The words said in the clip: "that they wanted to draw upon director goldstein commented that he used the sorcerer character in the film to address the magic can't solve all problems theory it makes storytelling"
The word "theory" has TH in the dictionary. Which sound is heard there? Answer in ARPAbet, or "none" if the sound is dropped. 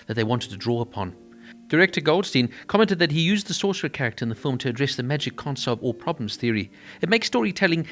TH